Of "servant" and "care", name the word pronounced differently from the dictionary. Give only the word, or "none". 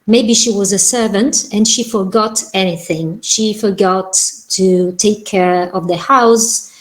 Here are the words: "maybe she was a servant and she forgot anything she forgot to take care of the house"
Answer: none